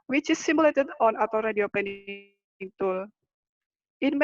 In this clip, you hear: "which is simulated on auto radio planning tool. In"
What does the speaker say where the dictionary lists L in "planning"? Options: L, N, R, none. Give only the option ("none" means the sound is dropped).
none